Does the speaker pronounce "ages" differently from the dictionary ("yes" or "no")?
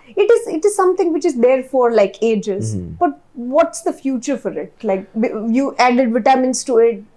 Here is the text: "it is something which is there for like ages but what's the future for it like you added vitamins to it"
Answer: no